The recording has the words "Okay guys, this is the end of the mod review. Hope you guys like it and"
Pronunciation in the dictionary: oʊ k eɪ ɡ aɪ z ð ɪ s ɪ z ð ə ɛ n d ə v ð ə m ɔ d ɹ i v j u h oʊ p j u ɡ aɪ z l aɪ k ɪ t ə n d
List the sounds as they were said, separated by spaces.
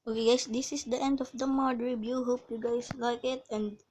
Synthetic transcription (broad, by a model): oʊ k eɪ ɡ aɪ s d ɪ s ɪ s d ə ɛ n d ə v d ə m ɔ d ɹ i b j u h oʊ p j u ɡ aɪ s l aɪ k ɪ t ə n d